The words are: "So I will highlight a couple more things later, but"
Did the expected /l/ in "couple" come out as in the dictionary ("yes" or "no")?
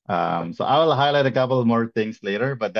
yes